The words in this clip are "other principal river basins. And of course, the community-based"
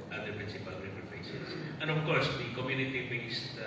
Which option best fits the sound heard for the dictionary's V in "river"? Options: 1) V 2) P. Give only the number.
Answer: 2